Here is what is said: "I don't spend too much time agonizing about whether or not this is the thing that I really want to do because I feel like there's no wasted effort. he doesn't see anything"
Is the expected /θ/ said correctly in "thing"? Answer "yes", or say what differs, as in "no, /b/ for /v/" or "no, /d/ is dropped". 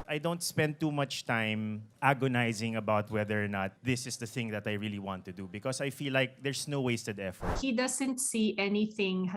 yes